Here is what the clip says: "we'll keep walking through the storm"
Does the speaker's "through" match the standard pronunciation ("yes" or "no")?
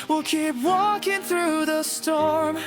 yes